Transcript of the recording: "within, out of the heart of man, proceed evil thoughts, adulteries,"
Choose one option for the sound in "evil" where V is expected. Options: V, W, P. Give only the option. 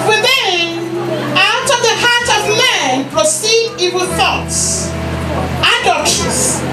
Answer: W